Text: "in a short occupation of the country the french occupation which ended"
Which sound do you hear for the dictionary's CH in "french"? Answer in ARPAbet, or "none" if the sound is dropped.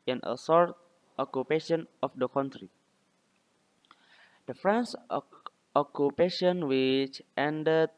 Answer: S